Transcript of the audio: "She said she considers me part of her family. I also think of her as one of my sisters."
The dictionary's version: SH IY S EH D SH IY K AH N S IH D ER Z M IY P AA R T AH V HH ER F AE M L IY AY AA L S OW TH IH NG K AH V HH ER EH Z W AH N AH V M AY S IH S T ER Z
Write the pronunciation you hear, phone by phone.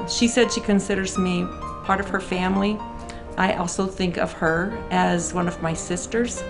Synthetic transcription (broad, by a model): SH IY S EH D SH IY K AH N S IH D ER Z M IY P AA R T AH V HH ER F AE M L IY AY AA L S OW TH IH NG K AH V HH ER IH Z W AH N AH V M AY S IH S T ER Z